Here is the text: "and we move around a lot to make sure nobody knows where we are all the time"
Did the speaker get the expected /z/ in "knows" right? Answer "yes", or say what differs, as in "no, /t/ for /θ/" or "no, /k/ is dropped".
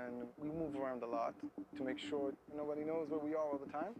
yes